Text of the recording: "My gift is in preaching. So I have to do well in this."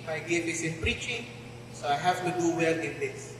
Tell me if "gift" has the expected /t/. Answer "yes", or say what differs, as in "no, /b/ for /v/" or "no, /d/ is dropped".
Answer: no, /t/ is dropped